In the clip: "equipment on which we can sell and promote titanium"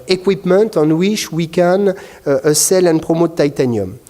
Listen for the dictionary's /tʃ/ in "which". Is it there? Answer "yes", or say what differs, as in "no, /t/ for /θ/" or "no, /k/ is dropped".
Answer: no, /ʃ/ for /tʃ/